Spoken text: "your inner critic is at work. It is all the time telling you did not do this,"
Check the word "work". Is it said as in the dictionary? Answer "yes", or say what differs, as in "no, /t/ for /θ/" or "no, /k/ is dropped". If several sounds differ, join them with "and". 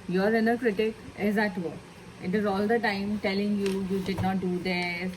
no, /k/ is dropped